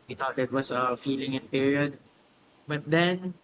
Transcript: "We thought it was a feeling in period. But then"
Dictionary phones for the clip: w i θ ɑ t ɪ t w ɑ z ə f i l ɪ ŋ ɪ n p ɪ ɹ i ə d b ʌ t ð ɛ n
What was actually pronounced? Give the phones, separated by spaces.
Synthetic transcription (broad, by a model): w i t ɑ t ɪ t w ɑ s ə f i l ɪ ŋ ɪ n p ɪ ɹ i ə d b ʌ t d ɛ n